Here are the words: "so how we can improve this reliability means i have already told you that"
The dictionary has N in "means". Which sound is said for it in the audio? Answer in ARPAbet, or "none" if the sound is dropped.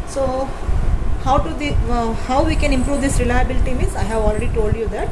none